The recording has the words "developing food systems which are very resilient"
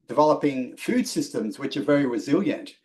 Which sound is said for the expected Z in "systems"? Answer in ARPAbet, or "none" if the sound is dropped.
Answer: Z